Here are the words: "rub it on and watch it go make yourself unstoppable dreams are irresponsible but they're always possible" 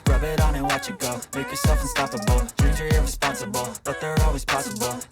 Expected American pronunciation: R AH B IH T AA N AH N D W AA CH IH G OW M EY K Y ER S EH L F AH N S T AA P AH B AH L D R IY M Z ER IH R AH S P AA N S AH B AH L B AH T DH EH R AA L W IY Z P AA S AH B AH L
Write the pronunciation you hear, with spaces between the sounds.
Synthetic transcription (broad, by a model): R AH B IH T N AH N W AA CH IH G OW M EY K Y ER S EH L F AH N S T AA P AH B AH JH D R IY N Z ER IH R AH S P AA N S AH B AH L B AH T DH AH R AA L W IY Z P AA S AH B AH L